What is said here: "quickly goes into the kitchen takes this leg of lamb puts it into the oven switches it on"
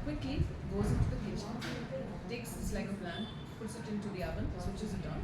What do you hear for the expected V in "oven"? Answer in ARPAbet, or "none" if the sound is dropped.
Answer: B